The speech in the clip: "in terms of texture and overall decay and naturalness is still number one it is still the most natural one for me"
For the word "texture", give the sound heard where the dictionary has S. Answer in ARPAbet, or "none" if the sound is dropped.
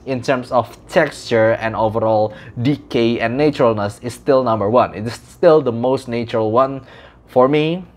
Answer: S